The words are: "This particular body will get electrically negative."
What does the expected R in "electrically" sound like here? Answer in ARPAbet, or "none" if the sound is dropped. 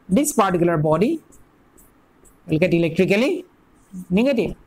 R